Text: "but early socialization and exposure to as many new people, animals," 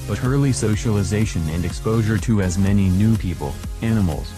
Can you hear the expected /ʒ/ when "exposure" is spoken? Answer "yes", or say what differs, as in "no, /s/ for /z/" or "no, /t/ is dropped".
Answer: yes